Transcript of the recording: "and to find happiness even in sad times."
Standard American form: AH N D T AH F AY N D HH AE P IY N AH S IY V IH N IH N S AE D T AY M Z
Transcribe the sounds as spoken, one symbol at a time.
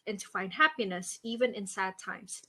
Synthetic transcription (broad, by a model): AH N T AH F AY N D HH AE P IY N AH S IY V IH N IH N S AE D T AY M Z